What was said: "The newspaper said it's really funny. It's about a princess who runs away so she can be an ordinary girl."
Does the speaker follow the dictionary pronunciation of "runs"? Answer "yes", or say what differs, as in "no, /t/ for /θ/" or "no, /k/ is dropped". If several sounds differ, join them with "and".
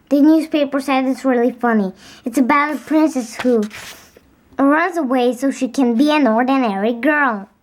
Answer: yes